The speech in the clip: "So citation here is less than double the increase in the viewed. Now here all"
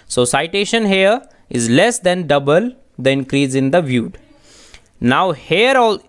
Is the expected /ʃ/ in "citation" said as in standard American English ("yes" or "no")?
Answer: yes